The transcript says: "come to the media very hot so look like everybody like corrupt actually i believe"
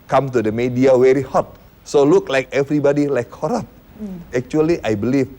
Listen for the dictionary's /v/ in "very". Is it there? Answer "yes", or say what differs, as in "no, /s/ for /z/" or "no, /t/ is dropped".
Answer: no, /w/ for /v/